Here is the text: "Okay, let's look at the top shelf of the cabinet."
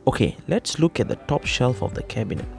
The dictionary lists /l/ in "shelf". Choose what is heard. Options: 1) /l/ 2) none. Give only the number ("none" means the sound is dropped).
1